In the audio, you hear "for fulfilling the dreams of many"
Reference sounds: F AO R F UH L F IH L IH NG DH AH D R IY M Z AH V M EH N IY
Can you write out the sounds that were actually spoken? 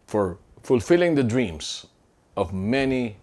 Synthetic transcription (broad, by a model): F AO R F UH L F IH L IH NG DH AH D R IY M S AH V M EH N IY